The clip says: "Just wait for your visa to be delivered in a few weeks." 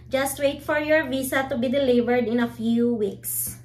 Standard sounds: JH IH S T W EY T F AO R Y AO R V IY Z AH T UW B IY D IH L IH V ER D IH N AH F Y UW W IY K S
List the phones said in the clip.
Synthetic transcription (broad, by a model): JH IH S T W EY T F AO R Y AO R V IY S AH T UW B IY D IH L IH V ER D IH N AH F Y UW W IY K S